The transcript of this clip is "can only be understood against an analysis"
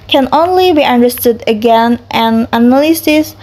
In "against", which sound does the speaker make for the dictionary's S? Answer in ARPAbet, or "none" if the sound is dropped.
none